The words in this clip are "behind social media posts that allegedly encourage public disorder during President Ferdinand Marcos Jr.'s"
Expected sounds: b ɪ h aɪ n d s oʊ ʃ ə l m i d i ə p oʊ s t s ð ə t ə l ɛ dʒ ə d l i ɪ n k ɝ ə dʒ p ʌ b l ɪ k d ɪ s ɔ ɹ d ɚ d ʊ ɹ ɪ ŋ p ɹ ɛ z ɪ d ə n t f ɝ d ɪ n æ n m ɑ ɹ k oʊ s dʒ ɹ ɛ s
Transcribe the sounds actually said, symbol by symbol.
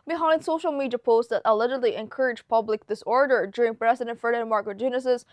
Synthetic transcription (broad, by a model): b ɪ h aɪ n s oʊ ʃ l m i d i ə p oʊ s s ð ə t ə l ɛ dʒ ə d l i ɪ n k ɝ ə dʒ p ʌ b l ɪ k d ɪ s ɔ ɹ d ɚ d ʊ ɹ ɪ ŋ p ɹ ɛ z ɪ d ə n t f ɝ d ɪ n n m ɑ ɹ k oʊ dʒ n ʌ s